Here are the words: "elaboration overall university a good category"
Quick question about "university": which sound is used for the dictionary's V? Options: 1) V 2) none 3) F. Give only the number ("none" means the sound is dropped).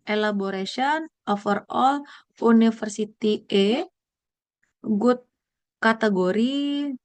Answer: 3